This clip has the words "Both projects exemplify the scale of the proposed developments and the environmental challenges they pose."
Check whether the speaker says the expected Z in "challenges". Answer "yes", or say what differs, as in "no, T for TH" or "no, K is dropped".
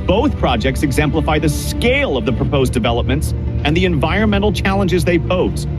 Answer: yes